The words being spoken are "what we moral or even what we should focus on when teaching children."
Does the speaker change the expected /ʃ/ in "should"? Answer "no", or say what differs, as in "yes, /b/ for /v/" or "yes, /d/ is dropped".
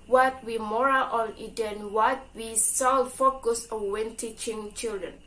yes, /s/ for /ʃ/